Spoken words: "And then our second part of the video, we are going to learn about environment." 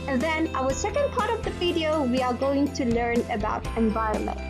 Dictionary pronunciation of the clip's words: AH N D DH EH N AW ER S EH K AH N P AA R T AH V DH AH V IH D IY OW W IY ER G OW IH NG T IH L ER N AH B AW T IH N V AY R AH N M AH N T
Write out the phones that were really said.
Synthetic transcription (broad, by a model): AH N DH EH N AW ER S EH K AH N P AA R T AH V DH AH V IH D IY OW W IY ER G OW IH NG T IH L ER N AH B AW T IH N V AY R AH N M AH N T